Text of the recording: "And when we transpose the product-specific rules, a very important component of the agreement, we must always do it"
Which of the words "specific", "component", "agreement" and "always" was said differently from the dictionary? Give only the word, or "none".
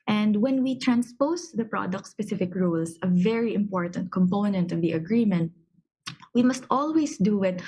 always